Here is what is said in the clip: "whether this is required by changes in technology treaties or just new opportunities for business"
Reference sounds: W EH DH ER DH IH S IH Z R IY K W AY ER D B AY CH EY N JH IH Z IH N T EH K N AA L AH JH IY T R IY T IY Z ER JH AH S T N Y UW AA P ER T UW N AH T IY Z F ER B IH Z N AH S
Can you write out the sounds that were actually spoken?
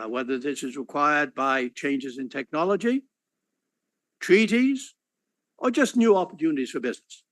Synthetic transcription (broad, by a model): W EH DH ER DH IH S IH Z R IY K W AY ER D B AY CH EY N JH IH Z IH N T EH K N AA L AH JH IY T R IY T IY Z ER JH AH S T N Y UW AA P ER T UW N AH T IY Z F ER B IH Z N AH S